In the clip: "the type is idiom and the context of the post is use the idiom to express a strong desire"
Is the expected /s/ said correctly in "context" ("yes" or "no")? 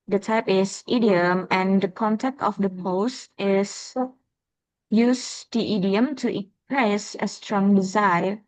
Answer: no